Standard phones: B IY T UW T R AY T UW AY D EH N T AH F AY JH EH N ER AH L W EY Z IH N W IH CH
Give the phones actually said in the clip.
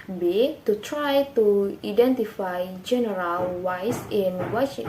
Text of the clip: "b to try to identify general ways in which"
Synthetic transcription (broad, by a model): B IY T UW T R AY T UW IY D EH N T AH F AY JH EH N ER AH L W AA S IH N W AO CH